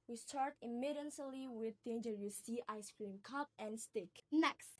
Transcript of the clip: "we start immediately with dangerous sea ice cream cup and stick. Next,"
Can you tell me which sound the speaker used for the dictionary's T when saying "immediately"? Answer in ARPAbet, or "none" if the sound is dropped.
S